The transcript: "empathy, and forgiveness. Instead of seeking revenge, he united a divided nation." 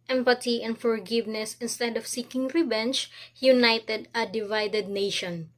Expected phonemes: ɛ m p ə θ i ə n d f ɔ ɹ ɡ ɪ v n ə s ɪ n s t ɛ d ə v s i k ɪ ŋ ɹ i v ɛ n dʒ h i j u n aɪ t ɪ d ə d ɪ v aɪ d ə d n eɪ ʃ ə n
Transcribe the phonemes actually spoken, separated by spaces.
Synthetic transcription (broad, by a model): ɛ m p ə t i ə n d f ɔ ɹ ɡ ɪ v n ə s ɪ n s t ɛ d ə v s i k ɪ ŋ ɹ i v ɛ n tʃ h i j u n aɪ t ɪ d ə d ɪ v aɪ d ə d n eɪ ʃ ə n